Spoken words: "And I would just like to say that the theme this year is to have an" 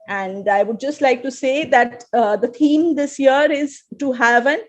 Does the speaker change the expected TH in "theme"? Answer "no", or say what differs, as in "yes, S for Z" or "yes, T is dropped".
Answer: yes, T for TH